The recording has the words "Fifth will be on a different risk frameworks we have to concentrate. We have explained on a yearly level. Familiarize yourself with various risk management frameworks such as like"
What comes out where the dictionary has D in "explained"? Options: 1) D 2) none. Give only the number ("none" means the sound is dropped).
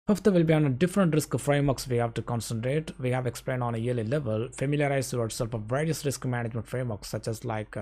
1